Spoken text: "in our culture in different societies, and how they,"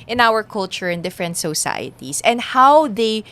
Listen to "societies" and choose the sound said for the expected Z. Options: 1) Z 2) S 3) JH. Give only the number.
2